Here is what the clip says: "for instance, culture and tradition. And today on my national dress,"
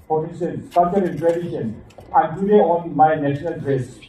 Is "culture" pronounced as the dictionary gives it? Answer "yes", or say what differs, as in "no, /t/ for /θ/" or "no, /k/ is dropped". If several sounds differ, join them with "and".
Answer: no, /l/ is dropped